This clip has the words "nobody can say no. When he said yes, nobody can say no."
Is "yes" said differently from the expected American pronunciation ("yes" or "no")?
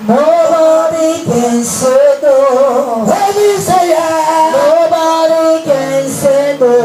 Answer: yes